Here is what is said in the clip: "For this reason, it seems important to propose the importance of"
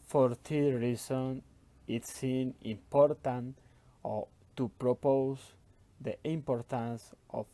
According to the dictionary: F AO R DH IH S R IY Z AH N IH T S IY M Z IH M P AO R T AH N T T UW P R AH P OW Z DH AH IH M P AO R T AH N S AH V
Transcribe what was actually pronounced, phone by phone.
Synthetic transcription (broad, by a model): F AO R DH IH R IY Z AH N IH T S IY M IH M P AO R T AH N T T UW P R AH P OW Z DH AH IH M P AO R T AH N S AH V